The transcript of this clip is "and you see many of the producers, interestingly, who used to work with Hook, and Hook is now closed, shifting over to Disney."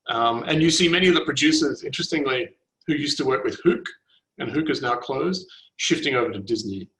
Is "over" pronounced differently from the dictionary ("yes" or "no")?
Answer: no